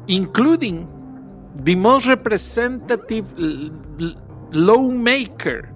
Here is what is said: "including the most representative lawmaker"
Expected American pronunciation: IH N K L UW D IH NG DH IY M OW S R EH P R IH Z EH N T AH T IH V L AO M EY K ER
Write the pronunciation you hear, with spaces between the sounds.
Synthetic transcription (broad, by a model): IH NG K L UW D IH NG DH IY M OW S R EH P R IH S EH N T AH T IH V L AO M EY K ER